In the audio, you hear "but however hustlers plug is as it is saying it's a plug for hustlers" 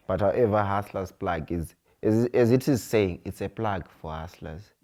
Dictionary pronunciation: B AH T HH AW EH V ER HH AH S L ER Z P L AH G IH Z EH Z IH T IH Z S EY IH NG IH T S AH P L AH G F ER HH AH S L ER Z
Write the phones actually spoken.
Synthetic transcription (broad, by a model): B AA T HH AW EH V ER HH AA S L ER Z P L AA G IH Z EH Z IH T IH Z S EY IH NG IH T S AH P L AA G F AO HH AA S L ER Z